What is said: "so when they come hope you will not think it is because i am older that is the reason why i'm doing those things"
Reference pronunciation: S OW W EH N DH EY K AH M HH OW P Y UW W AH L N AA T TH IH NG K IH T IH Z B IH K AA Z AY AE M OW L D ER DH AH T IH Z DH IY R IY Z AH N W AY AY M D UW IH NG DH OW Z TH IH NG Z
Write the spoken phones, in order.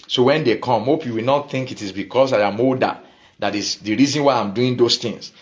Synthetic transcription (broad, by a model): S OW W EH N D EY K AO M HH OW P Y UW W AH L N AA T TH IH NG K IH T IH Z B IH K AA S AY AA M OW D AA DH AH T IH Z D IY R IY Z AH N W AY AY M D UW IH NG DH OW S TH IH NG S